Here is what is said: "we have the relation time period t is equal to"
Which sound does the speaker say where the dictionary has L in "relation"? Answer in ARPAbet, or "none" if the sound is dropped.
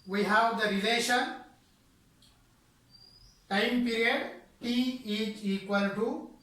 L